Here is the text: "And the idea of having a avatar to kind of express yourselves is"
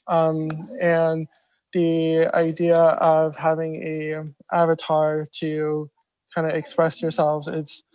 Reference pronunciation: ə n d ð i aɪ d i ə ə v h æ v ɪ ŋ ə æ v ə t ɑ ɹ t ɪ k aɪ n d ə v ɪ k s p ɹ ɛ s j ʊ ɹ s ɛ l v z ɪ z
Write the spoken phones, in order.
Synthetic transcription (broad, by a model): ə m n ð i aɪ d i ə ə v h æ v ɪ ŋ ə æ v ə t ɑ ɹ t ɪ k aɪ n d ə ɪ k s p ɹ ɛ s j ʊ ɹ s ɛ l v z ɪ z